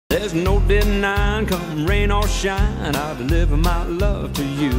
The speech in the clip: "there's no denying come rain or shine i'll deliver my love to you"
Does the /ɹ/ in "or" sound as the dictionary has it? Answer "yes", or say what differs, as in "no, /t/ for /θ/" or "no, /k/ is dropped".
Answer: no, /l/ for /ɹ/